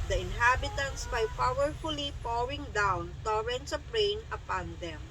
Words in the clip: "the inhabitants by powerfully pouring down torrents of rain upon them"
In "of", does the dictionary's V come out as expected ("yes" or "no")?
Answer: no